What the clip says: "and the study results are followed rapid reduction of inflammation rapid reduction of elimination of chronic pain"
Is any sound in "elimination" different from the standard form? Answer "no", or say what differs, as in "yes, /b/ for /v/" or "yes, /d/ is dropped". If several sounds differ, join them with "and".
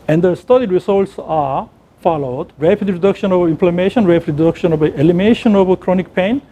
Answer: yes, /l/ is dropped